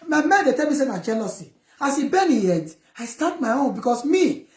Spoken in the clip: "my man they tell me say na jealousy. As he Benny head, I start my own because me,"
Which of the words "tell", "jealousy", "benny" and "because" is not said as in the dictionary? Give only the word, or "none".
because